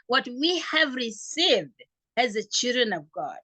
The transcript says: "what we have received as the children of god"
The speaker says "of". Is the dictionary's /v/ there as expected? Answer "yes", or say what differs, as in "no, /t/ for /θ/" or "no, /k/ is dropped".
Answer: yes